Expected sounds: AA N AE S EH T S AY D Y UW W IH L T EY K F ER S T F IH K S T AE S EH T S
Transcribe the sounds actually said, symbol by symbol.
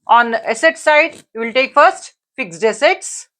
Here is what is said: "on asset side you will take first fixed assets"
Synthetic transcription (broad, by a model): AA N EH S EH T S AY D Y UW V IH L T EY K F ER S T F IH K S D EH S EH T S